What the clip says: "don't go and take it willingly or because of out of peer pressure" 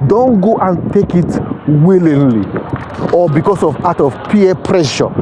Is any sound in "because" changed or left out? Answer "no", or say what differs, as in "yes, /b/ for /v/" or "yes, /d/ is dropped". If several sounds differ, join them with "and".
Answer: yes, /s/ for /z/